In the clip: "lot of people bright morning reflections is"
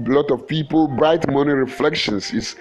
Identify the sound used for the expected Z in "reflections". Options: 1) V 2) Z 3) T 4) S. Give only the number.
4